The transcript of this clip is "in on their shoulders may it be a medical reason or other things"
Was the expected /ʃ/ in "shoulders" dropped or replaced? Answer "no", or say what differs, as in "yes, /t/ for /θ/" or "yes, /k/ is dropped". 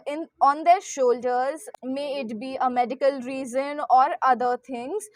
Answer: no